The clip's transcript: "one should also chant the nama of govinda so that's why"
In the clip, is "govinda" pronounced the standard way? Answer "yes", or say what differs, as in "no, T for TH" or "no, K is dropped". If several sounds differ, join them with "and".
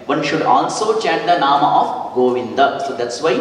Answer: yes